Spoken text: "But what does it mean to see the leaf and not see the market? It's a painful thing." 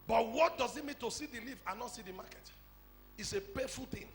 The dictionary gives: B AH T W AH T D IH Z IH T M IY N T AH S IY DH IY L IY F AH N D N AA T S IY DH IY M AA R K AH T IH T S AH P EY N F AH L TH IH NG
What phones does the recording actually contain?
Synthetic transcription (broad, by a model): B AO T W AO T D IH Z IH T M IY N T AH S IY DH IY L IY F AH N N AA T S IY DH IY M AA K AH T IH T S AH P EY F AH L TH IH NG